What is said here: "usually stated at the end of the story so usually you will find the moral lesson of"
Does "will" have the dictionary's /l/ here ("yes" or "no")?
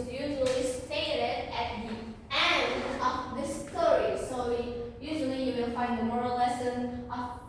no